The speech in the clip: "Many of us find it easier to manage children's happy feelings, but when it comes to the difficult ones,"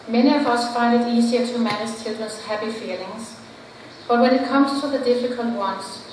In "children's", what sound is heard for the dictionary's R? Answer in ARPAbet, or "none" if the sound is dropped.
none